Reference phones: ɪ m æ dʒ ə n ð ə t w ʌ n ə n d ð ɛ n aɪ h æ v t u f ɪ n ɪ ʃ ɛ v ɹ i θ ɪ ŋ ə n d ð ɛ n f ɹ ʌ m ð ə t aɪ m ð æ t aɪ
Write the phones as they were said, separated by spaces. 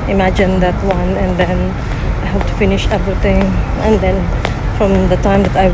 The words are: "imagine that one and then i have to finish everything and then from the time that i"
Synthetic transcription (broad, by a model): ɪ m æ dʒ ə n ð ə t w ʌ n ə n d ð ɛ n aɪ h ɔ p t u f ɪ n ɪ ʃ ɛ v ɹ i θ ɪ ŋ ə n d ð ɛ n f ɹ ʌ m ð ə t aɪ m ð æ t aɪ